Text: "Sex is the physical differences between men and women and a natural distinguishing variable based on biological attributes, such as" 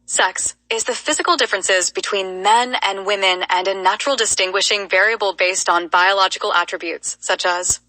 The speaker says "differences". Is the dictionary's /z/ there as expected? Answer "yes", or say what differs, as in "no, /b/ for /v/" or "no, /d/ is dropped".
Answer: yes